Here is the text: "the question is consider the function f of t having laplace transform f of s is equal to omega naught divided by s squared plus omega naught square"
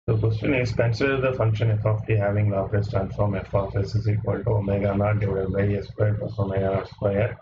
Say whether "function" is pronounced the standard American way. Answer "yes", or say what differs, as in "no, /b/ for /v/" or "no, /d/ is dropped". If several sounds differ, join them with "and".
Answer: yes